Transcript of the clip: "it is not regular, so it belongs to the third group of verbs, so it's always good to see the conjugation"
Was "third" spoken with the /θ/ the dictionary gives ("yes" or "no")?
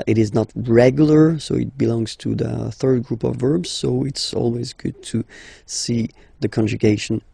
yes